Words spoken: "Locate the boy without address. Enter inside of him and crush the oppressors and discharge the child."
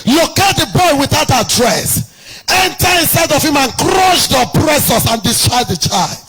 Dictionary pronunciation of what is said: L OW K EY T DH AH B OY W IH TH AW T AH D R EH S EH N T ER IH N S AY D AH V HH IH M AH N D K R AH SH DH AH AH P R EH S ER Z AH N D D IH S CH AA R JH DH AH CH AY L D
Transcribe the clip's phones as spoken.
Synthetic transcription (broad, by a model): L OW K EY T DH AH B OY W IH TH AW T AH D R EH S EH N T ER IH N S AY D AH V HH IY M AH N K R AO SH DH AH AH P R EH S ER S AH N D D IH S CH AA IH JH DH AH CH AY L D